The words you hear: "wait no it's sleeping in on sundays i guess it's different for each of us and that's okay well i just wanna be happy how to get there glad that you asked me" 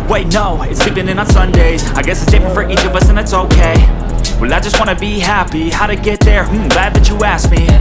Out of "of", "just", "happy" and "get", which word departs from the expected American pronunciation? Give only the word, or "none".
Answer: none